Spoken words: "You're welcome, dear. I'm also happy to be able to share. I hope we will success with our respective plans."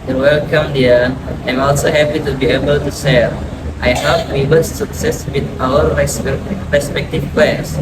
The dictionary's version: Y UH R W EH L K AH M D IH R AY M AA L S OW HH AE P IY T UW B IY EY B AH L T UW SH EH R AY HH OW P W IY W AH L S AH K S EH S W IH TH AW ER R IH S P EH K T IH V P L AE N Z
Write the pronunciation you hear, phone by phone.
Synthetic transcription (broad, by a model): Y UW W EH L K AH M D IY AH AY M AA L S OW HH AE P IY T UW B IY EY B AH L T UW S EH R AY HH OW P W IY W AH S S AH K S EH S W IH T AW ER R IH S P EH K T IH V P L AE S